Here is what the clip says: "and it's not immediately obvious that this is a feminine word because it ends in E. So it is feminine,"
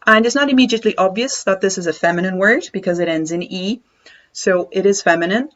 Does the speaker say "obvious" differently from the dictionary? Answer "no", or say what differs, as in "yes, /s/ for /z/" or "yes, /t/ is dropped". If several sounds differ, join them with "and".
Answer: no